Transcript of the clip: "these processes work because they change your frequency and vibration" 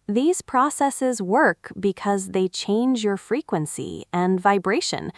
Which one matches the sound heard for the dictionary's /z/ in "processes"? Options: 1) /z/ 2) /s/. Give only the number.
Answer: 1